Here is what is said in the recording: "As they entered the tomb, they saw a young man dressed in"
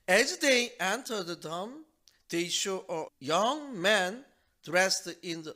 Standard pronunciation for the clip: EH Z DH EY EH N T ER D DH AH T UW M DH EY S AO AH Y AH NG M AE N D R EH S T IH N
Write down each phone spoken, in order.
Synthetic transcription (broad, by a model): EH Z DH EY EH N T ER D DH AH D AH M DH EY SH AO AH Y AH NG M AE N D R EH S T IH N